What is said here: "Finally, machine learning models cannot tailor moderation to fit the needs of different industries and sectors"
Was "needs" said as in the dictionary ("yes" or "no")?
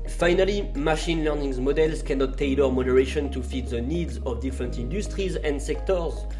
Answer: yes